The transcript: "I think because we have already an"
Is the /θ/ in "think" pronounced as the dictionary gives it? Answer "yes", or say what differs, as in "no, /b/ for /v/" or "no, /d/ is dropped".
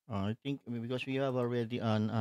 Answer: no, /t/ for /θ/